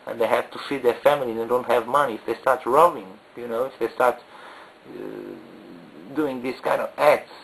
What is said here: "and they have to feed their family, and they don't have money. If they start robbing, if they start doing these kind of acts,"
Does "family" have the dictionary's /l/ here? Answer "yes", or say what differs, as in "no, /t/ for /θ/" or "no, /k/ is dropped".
yes